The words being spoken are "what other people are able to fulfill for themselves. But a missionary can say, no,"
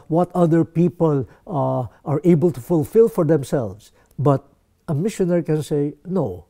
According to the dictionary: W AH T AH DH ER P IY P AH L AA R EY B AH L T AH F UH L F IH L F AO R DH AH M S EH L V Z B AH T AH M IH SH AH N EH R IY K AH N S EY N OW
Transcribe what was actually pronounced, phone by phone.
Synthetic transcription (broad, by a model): W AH T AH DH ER P IY P AH L AA R EY B AH L T AH F UH L F IH L F AO R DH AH M S EH L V S B AH T AH M IH SH AH N EH R IY K AH N S EY N OW